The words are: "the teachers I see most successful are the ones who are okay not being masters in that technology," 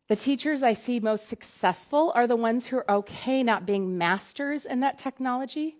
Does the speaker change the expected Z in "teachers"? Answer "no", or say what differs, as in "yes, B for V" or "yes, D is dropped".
no